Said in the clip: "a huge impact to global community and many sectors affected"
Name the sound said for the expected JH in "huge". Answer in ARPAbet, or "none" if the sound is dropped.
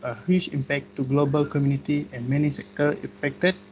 CH